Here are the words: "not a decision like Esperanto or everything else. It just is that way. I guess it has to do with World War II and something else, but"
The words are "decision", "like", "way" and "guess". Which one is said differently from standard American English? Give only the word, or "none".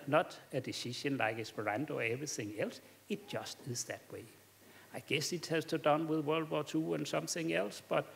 decision